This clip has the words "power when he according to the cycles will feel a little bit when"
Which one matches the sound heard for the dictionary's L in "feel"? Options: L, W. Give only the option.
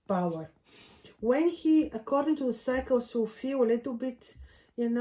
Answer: W